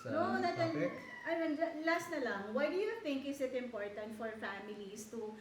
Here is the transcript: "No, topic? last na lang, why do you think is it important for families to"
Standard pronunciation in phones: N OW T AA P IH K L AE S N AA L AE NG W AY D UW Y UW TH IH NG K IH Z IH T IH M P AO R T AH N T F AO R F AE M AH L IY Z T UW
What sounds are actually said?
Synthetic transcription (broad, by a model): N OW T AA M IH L L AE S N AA L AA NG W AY D UW Y UW T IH NG K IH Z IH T IH M P AO R T AH N T F AO R F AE M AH L IY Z T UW